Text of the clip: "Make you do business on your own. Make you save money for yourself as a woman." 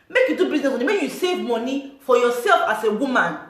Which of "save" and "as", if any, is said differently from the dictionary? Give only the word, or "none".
as